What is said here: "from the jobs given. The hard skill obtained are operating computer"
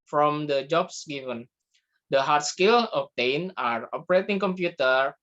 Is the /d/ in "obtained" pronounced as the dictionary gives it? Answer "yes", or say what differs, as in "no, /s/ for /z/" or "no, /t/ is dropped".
no, /d/ is dropped